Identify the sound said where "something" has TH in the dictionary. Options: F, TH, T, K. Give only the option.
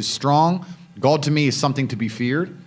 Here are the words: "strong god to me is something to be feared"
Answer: TH